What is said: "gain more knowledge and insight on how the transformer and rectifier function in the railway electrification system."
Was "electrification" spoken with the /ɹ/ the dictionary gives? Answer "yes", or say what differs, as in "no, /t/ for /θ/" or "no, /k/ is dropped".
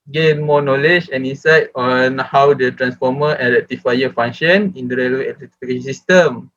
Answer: no, /ɹ/ is dropped